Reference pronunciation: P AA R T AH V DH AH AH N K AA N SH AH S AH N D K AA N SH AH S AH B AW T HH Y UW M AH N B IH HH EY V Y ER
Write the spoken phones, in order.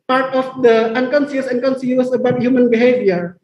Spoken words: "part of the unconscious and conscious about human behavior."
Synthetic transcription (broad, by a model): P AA R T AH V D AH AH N K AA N S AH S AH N K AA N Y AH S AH B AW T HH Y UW M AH N B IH HH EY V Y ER